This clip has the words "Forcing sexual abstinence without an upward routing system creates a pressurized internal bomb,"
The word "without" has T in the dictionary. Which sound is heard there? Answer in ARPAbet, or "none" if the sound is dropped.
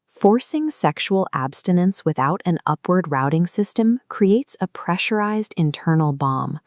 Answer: T